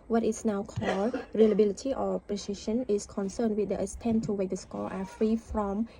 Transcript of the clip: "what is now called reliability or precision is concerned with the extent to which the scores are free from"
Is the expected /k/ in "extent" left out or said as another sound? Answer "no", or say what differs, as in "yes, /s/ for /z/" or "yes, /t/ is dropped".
yes, /k/ is dropped